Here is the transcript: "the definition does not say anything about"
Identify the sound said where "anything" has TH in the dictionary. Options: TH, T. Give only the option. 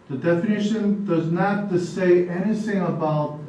TH